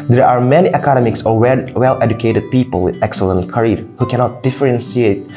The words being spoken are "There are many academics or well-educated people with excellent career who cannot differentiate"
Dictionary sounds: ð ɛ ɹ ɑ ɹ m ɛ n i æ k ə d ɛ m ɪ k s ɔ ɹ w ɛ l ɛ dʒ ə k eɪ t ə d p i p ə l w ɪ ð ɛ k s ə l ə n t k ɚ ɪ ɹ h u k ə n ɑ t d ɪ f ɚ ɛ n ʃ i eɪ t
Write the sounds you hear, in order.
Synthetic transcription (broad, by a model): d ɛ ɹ ɑ ɹ m ɛ n i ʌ k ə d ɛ m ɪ k s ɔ w w ɛ l ɛ dʒ ə k eɪ t ə d p i p ə l w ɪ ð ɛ k s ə l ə n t k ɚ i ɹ h u k ə n ɑ t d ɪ f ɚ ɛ n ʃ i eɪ t